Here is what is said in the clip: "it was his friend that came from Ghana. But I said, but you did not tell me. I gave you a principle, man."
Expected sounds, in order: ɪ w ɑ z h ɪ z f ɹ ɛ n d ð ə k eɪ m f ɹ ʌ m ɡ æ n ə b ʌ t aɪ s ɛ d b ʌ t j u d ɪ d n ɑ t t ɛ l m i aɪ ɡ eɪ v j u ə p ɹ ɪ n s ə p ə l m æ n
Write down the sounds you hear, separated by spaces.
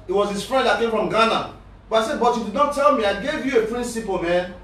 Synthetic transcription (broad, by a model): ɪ w ɑ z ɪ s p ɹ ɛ d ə k eɪ m f ɹ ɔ m ɡ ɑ n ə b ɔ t aɪ s ɛ d b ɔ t j u d ɪ d n ɑ t t ɛ l m i aɪ ɡ eɪ v j u ə p ɹ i n s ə p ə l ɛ